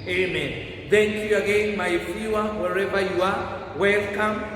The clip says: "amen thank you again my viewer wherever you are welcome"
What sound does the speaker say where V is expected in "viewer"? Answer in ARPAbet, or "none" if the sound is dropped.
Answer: F